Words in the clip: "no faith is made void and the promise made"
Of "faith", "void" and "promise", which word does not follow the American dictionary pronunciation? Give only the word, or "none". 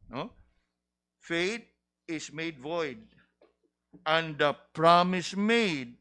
faith